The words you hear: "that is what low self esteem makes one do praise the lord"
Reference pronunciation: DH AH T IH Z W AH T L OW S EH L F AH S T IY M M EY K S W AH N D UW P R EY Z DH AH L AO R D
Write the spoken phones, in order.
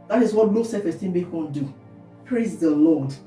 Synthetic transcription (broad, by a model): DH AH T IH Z W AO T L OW S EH F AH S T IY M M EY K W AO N D UW P R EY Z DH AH L AO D